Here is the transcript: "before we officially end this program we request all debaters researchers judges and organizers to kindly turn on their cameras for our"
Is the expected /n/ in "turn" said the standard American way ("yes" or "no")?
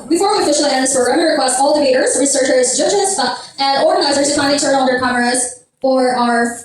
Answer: no